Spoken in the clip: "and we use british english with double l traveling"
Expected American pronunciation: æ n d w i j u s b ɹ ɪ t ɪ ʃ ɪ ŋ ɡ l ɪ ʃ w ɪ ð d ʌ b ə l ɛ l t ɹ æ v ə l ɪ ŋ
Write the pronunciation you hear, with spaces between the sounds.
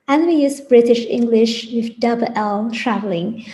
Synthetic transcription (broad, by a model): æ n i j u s b ɹ ɪ t ɪ ʃ ɪ ŋ ɡ l ɪ ʃ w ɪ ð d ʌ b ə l ɛ l t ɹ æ v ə l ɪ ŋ